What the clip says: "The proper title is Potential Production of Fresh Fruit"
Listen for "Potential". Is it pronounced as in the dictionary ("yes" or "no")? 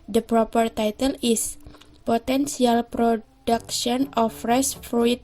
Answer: no